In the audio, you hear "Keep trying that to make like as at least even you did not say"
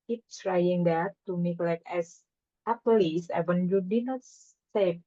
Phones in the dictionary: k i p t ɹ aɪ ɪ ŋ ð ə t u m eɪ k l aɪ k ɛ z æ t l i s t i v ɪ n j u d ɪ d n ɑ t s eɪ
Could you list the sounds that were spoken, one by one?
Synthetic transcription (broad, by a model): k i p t ɹ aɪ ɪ ŋ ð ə t u m eɪ k l aɪ k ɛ s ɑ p l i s ɛ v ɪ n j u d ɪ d n ɑ t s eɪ